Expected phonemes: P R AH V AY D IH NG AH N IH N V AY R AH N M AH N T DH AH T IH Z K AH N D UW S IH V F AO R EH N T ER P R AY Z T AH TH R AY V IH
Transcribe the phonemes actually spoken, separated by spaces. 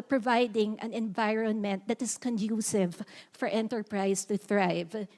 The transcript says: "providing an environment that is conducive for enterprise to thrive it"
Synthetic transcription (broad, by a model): P R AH V AY D IH NG AH N IH N V AY R AH N M AH N T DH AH T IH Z K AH N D UW S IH V F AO R EH N T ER P R AY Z T AH TH R AY V